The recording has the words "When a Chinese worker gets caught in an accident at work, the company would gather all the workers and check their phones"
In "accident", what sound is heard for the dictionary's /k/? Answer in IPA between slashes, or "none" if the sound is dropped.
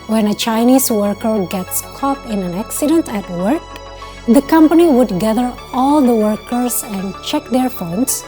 /k/